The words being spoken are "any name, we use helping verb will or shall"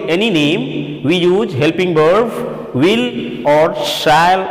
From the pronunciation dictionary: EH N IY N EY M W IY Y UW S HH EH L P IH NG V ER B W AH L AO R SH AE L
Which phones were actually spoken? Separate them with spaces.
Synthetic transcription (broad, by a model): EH N IY N EY M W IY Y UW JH HH EH L P IH NG B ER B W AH L AO R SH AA L